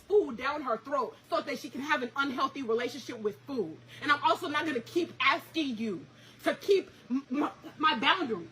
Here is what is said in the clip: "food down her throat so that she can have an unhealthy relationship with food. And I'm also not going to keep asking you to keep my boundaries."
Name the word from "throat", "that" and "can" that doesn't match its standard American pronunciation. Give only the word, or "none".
none